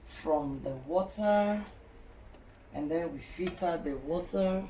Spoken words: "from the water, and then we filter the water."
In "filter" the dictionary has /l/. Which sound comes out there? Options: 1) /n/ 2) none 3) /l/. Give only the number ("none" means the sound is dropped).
2